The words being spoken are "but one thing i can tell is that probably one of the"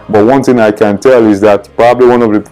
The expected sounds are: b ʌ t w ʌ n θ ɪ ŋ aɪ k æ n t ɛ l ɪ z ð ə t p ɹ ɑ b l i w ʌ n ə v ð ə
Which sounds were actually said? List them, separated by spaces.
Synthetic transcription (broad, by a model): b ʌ t w ʌ n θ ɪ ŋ aɪ k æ n t ɛ l ɪ z ð ə t p ɹ ɑ b l i w ʌ n ə v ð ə